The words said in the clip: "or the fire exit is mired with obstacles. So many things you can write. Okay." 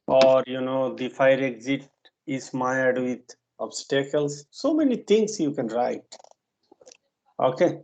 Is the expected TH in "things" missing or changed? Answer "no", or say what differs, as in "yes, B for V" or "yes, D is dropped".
yes, T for TH